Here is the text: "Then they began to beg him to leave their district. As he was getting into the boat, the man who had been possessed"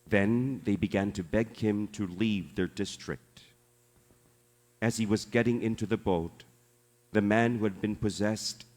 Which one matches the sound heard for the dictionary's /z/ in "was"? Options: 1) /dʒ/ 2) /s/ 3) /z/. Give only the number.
3